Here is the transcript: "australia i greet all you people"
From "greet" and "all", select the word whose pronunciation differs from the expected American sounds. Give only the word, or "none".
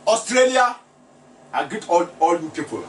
greet